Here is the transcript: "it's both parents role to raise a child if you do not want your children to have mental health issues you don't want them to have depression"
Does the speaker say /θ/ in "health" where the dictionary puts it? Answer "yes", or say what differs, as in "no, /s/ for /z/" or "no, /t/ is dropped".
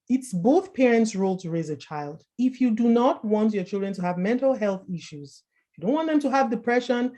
yes